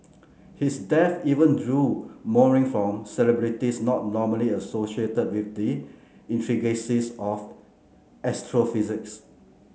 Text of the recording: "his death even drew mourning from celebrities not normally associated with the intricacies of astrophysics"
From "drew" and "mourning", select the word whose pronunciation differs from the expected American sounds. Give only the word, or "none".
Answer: mourning